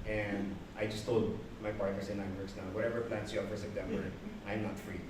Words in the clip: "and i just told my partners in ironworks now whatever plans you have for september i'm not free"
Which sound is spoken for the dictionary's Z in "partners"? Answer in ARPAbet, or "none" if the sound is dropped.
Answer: S